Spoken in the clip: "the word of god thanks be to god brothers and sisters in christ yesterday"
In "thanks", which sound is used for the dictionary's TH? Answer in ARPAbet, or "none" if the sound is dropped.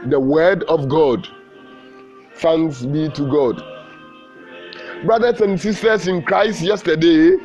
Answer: S